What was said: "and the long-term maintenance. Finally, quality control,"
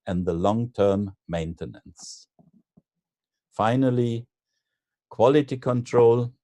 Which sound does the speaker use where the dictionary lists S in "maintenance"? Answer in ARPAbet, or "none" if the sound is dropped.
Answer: S